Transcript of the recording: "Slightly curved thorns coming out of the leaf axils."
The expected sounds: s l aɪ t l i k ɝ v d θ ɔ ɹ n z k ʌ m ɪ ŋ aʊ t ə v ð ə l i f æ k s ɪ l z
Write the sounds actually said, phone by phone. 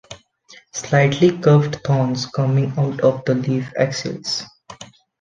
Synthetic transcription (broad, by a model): s l aɪ t l i k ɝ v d t ɔ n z k ʌ m ɪ ŋ aʊ t ə v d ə l i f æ k s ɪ l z